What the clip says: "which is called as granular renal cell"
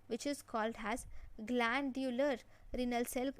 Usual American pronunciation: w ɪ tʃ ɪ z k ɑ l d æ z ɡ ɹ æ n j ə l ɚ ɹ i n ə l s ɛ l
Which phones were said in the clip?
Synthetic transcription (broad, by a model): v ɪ tʃ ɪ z k ɑ l d æ z ɡ l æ n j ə l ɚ ɹ i n ə l s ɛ l